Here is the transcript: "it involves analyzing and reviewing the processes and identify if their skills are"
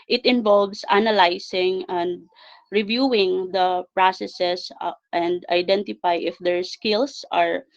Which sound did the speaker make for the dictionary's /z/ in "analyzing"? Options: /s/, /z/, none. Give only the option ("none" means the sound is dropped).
/s/